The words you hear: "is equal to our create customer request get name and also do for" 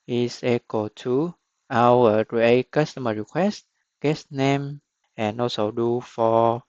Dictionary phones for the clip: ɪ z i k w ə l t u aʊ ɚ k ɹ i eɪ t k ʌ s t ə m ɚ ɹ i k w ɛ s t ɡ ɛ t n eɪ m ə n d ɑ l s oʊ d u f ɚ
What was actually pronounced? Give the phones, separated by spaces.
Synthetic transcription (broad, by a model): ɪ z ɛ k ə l t u aʊ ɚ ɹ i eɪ k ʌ s t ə m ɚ ɹ i k w ɛ s t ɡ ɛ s n eɪ m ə n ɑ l s oʊ d u f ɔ